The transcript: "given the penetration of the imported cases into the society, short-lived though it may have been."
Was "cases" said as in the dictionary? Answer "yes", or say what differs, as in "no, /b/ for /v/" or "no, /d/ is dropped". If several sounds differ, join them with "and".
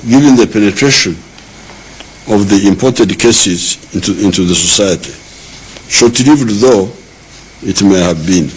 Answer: yes